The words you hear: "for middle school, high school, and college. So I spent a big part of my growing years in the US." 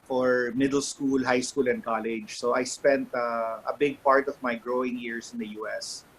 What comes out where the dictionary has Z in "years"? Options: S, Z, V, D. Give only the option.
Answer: S